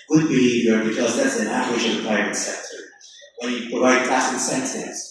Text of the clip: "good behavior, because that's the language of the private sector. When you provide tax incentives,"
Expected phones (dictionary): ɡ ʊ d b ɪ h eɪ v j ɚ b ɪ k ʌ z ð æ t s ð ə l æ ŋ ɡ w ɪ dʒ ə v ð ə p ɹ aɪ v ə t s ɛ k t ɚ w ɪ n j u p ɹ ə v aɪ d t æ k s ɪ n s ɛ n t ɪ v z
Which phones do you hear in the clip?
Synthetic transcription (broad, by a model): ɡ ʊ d b ɪ h eɪ v j ɚ b ɪ k ʌ z ð æ t s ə n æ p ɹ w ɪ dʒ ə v ð ə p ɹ aɪ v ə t s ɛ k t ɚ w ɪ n j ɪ p ɹ ə v aɪ d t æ s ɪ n s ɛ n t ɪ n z